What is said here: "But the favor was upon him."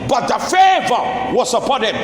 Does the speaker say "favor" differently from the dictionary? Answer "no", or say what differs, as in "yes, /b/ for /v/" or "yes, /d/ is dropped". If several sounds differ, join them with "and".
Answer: no